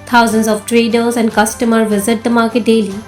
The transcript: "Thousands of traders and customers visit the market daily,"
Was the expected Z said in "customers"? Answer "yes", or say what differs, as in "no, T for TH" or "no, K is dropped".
no, Z is dropped